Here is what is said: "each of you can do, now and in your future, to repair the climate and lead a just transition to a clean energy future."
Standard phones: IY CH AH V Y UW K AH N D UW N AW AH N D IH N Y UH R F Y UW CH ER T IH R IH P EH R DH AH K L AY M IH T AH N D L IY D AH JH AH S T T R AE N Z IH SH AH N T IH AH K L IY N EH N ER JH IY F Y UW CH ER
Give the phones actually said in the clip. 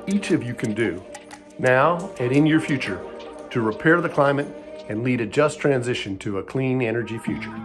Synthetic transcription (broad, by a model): IY CH AH V Y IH K AH N D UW N AW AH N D IH N Y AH R F Y UW CH ER T IH R IH P EH R DH AH K L AY M IH T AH N L IY D AH JH AH S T T R AE N Z IH SH AH N T IH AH K L IY N EH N ER JH IY F Y UW CH ER